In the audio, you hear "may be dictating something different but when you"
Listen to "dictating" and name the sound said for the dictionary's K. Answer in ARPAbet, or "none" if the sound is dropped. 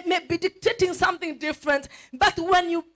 K